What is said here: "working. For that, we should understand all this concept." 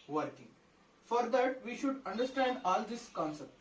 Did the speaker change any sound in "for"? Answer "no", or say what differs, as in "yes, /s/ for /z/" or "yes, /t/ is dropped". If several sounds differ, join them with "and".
no